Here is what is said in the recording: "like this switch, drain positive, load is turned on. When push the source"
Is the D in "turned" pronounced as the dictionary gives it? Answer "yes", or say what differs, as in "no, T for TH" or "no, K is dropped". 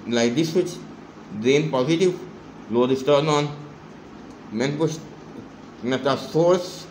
no, D is dropped